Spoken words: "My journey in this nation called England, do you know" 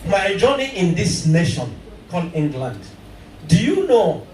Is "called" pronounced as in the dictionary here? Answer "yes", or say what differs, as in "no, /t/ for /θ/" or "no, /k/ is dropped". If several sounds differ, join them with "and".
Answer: no, /d/ is dropped